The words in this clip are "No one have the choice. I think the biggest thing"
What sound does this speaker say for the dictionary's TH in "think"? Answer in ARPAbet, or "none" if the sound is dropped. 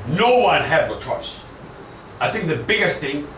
TH